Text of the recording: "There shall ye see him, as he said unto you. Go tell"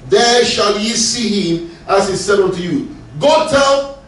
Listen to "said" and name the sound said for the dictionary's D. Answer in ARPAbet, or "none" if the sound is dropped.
D